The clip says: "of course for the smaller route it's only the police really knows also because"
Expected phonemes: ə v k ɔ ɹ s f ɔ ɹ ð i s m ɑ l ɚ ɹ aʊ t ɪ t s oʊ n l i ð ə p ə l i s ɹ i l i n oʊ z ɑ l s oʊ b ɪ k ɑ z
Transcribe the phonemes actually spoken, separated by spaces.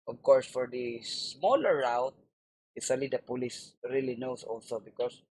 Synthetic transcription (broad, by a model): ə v k ɔ ɹ s f ɔ ɹ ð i s m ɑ l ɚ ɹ aʊ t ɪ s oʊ l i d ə p ə l i s ɹ i l i n oʊ s ɑ l s oʊ b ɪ k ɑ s